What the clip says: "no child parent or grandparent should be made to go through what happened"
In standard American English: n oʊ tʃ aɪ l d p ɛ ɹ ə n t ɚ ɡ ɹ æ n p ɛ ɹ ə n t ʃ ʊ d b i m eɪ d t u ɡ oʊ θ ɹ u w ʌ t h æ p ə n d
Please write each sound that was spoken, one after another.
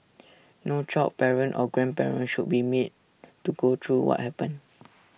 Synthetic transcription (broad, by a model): n oʊ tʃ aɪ p ɛ ɹ ə n t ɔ ɡ ɹ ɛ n p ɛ ɹ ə n ʃ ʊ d b i m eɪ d t u ɡ oʊ t ɹ u w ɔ t h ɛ p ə n